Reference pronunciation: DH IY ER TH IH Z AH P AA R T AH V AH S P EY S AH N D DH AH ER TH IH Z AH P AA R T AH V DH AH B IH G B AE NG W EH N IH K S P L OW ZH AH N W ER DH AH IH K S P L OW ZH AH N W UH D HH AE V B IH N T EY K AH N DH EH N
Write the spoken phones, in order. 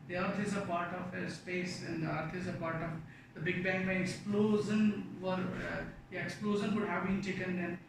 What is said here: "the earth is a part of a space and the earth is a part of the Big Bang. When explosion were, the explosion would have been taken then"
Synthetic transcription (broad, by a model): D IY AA T IH Z AH P AA R T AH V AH S P EY S AH N D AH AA T IH Z AH P AA R T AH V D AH B IH G B AE NG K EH IH K S P L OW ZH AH N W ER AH K S P L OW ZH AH N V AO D HH AE V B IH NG T EY K AH N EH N